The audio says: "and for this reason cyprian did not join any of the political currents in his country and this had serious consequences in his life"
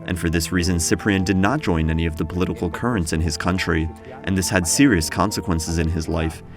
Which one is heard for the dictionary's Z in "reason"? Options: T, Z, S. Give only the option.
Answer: Z